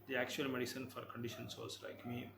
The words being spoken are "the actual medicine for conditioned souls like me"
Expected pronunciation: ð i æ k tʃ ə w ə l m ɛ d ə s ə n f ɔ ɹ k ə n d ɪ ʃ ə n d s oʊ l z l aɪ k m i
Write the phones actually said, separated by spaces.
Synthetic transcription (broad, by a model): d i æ k tʃ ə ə l m ɛ d ə s ə n f ɔ ɹ k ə n d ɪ ʃ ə n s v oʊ z l aɪ k m i